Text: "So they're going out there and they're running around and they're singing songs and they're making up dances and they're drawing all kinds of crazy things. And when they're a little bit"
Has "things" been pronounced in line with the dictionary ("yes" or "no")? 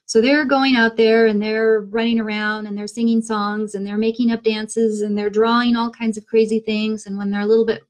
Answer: yes